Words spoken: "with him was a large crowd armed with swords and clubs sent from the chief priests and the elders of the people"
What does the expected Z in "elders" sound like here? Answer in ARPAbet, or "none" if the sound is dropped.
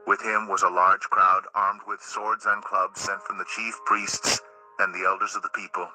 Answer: Z